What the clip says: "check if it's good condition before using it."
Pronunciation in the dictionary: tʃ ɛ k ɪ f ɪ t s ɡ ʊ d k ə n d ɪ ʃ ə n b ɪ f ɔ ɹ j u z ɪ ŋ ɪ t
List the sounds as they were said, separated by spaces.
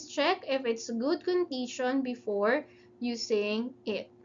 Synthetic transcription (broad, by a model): tʃ ɛ k ɪ f ɪ t s ɡ ʊ d k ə n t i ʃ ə n b ɪ f ɔ ɹ j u s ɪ ŋ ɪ t